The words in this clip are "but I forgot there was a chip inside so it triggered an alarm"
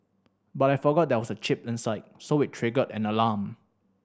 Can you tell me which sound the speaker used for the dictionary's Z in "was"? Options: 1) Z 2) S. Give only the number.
2